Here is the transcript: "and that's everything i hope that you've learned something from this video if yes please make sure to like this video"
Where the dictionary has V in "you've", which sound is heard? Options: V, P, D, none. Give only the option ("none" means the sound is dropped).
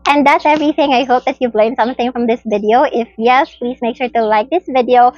V